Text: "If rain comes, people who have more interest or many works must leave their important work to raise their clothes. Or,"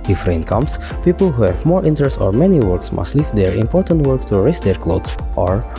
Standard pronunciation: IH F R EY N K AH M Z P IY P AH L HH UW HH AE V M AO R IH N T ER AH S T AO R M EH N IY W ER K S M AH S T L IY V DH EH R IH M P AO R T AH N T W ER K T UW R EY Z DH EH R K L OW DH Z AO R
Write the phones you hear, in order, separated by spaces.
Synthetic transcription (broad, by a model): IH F R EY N K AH M S P IY P AH L HH UW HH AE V M AO R IH N T ER AH S T AO R M EH N IY W ER K S M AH S T L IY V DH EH R IH M P AO R T AH N T W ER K T UW R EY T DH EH R K L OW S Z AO R